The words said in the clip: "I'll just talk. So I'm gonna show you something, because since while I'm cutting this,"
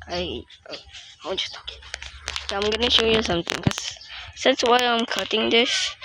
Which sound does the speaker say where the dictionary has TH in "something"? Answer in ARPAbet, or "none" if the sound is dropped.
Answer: T